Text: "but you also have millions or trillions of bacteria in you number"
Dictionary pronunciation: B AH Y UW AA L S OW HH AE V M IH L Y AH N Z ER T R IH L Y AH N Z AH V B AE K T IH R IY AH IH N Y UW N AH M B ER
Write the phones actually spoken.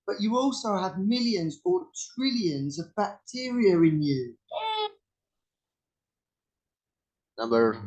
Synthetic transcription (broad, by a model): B AH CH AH AA L S OW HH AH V M IH L Y AH N Z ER T R IH L Y AH N Z AH V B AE K T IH R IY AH IH N Y UW N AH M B ER